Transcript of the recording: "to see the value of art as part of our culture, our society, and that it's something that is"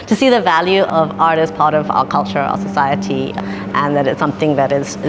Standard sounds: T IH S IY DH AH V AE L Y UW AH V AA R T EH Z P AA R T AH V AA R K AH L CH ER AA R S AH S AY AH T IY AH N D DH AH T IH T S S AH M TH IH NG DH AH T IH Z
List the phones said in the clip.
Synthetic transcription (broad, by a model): T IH S IY DH AH V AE L Y UW AH V AA R T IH S P AA R T AH V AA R K AH L CH ER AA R S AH S AY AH T IY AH N DH AH T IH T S S AH M TH IH NG DH AH T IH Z